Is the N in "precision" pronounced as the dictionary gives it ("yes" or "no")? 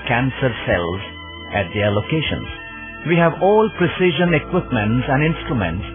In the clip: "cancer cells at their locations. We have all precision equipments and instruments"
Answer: yes